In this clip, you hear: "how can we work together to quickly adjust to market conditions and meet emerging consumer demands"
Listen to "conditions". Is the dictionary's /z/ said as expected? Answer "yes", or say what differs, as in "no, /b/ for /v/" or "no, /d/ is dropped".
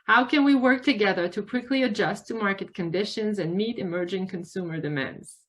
yes